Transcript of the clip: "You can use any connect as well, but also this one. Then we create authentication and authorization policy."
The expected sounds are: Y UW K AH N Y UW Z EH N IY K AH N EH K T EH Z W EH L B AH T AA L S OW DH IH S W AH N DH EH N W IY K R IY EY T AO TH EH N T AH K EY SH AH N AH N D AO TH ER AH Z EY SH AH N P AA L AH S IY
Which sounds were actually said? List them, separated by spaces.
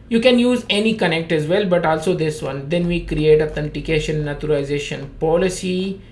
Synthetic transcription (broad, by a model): Y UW K AH N Y UW Z EH N IY K AH N EH K T EH Z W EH L B AH T AA L S OW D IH S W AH N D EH N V IY K R IY EY T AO T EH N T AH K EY SH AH N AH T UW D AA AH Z EY SH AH N P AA L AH S IY